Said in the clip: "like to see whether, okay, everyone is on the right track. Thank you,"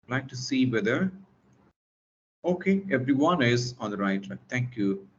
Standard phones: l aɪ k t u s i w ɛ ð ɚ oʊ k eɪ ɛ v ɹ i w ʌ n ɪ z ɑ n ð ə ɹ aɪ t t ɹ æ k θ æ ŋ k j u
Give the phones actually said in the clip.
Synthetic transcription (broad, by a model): l aɪ k t u s i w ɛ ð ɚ oʊ k eɪ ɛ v ɹ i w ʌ n ɪ z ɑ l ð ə ɹ aɪ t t ɑ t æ ŋ k j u